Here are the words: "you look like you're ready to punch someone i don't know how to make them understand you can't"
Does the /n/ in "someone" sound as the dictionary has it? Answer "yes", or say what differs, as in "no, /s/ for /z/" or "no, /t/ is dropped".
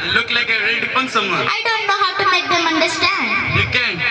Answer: no, /n/ is dropped